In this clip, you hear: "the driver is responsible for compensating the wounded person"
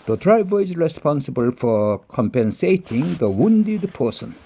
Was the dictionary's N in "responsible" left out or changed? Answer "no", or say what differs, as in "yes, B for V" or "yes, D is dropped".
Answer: no